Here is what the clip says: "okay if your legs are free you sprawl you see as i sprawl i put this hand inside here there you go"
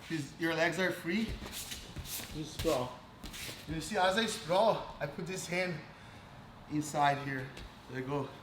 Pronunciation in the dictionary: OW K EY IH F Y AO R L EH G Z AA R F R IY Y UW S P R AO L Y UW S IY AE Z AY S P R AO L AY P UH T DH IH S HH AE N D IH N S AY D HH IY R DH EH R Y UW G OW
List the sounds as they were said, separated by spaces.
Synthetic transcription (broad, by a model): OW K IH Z Y AO R L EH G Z AA R F R IY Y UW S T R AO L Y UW S IY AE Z AY S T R AO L AY P UH T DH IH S HH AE N D IH N S AY D HH IY R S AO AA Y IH G OW